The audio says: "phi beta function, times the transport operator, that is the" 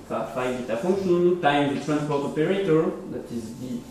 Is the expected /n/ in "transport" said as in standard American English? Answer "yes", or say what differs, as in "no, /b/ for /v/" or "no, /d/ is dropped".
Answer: yes